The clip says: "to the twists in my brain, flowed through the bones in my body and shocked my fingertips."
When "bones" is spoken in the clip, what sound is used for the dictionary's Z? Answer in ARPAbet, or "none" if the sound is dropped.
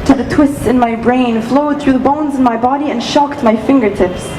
Z